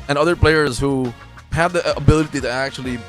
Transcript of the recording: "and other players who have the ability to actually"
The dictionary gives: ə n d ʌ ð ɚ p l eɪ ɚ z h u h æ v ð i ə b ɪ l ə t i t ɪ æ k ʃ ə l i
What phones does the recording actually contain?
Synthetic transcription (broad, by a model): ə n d ʌ ð ɚ p l eɪ ɚ z h u h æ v ð i ə b ɪ l ə t i t ɪ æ k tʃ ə l i